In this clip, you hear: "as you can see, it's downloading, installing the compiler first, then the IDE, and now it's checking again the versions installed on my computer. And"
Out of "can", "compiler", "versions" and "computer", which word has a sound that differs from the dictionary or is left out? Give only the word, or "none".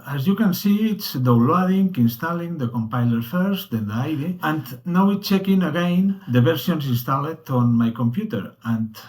versions